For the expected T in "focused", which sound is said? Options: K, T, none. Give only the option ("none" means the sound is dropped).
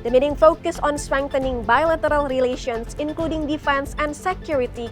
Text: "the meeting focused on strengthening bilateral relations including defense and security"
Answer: none